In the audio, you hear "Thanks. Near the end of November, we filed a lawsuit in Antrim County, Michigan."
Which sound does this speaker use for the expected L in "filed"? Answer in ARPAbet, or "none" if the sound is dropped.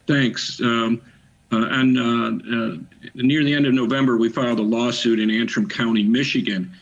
L